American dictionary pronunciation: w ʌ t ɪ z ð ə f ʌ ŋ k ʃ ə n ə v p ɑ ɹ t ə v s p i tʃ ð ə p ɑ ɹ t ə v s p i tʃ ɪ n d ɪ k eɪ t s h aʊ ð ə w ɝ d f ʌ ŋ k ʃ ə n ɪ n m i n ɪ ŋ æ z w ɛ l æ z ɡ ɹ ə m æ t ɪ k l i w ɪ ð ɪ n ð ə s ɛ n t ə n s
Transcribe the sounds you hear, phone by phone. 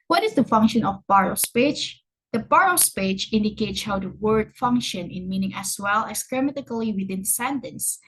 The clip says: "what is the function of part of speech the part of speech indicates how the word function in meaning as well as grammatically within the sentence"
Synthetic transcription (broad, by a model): w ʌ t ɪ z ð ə f ʌ ŋ k ʃ ə n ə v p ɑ ɹ ə s p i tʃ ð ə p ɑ ɹ ə s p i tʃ ɪ n d ɪ k eɪ t s h aʊ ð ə w ɝ d f ʌ ŋ k ʃ ə n ɪ n m i n ɪ ŋ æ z w ɛ l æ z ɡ ɹ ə m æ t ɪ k l i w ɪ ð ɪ n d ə s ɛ n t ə n s